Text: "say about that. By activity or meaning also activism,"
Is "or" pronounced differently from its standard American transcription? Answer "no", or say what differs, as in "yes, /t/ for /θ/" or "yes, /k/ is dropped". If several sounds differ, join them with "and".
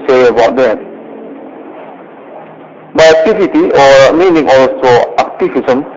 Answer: no